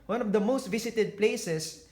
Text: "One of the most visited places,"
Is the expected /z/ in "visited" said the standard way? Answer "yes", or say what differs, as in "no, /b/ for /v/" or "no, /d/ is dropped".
no, /s/ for /z/